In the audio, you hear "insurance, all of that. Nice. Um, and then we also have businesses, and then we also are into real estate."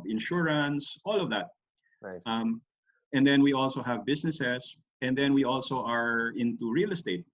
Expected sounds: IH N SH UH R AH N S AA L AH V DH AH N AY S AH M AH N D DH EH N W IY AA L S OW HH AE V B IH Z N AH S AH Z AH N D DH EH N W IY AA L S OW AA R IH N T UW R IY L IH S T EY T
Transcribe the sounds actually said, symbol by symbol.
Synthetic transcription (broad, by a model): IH N SH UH R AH N S AA L AH V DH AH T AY M AH N D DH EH N W IY AA L S OW HH AE V B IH S N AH S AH S AH N D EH N W IY AA L S OW AA R IH N T UW R IY L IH S T EY T